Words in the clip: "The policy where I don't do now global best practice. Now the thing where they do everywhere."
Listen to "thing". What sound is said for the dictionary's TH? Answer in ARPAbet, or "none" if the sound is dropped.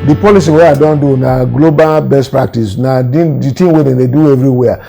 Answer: T